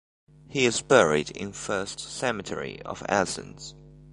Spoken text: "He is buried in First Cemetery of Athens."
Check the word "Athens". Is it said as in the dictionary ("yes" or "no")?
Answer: no